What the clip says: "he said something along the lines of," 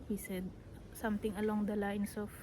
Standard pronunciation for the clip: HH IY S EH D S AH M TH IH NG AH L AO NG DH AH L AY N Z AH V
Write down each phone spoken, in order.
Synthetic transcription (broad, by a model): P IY S EH D S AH M T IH NG AH L AO NG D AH L AY N S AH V